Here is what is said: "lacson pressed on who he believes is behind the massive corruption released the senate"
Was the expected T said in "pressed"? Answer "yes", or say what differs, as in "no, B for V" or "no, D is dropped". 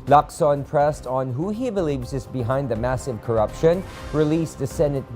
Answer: yes